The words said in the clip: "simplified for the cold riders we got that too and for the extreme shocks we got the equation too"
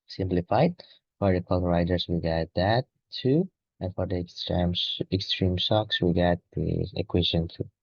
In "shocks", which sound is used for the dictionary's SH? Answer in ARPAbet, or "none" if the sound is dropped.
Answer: S